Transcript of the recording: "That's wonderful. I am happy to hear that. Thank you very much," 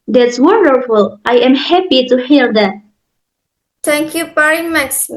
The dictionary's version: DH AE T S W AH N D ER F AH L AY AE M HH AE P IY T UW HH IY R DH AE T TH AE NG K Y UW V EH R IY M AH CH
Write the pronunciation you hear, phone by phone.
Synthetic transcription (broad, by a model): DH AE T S W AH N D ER F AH L AY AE M HH AE P IY T UW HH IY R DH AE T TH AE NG K Y UW P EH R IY M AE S